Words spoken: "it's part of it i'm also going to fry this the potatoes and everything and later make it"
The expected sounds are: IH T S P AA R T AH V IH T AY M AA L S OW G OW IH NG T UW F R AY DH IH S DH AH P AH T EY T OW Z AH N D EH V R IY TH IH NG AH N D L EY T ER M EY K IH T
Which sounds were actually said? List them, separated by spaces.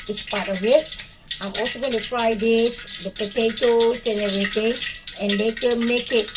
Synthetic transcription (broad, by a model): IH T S P AA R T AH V IH T AY M AA L S OW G OW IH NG T UW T R AY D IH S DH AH P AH T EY T OW S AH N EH R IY T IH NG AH N L EY T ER M EY K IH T